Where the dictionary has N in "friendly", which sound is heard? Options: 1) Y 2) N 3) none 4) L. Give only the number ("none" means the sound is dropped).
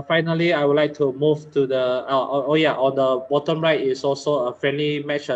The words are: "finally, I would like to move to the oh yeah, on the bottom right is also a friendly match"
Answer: 2